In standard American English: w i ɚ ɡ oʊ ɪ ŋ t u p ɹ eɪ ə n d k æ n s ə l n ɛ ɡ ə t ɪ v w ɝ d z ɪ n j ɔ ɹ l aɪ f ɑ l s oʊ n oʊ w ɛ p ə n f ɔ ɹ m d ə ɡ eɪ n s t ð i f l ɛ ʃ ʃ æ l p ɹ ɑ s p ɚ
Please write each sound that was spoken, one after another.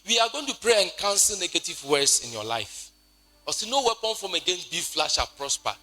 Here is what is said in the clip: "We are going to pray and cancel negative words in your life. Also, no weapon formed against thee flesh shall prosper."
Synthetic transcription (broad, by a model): w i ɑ ɡ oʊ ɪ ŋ t u p ɹ eɪ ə n k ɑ n s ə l n ɛ ɡ ə t ɪ v w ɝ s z ɪ n j ɔ l aɪ f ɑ s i n oʊ w ɛ p ə n f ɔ m ə ɡ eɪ n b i f l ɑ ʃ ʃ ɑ p ɹ ɑ s p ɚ